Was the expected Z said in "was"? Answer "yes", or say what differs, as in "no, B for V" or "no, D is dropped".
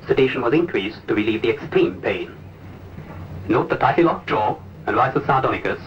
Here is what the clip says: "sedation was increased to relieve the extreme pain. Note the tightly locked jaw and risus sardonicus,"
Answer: yes